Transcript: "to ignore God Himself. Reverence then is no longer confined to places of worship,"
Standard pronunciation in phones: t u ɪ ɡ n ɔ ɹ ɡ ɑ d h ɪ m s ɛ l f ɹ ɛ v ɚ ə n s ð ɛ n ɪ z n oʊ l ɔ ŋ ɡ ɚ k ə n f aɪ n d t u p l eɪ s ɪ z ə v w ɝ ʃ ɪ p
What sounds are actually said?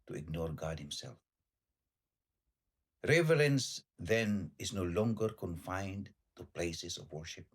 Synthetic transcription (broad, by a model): t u ɪ ɡ n ɔ ɹ ɡ ɑ d h ɪ m s ɛ l f ɹ ɛ v ɚ ə n s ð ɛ n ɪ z n oʊ l ɔ ŋ ɡ ɚ k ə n f aɪ n d t u p l eɪ s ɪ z ə v w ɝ ʃ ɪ p